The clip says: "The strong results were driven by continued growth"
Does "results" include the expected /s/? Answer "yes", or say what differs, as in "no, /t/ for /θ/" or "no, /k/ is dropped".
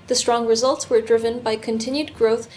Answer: yes